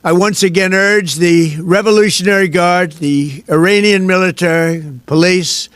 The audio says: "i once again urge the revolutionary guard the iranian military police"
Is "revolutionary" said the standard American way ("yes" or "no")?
yes